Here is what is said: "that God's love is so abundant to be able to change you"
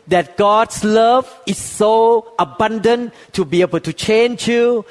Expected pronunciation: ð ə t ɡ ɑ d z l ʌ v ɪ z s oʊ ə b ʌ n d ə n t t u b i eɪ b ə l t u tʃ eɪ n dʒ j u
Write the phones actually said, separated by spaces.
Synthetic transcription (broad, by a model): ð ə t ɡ ɑ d s l ʌ v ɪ s oʊ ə b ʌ n d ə n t t u b i eɪ b ə l t u tʃ eɪ n dʒ j u